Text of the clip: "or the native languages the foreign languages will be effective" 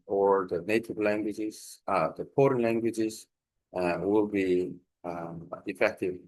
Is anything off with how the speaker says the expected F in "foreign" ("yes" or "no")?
yes